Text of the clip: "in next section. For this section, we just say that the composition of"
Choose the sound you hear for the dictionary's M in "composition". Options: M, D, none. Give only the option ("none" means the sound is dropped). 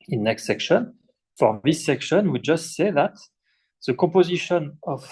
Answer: none